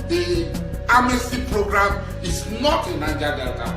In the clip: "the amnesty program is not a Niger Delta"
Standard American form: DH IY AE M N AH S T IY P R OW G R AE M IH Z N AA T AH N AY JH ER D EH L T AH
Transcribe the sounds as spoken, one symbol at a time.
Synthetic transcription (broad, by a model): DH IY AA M AH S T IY P R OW G R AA M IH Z N AA T AH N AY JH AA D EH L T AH